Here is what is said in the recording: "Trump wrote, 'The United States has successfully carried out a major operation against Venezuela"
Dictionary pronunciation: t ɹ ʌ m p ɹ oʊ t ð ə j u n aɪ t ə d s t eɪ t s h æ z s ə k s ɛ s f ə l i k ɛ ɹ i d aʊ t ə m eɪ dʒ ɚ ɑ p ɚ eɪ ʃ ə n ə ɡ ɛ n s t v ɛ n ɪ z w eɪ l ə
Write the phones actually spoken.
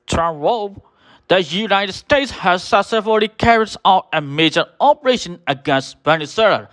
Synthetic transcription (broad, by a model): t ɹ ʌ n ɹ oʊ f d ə j u n aɪ t ə d s t eɪ t s h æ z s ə s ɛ f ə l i k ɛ ɹ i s aʊ t ə m eɪ dʒ ɚ ɑ p ɚ eɪ ʃ ə n ə ɡ ɛ n s t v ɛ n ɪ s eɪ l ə